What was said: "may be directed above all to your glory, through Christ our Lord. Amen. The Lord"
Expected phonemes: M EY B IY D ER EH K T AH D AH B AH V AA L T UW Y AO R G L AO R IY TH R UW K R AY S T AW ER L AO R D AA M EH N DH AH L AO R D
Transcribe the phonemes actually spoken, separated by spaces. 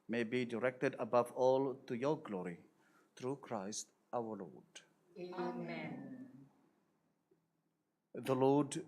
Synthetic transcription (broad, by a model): M EY B IY D ER EH K T AH D AH B AH V AA L T UW Y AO G L AO R IY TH R UW K R AY S T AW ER L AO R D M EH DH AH L AO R D